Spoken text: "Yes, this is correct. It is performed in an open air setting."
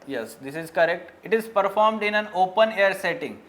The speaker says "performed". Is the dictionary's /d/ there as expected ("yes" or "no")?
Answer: yes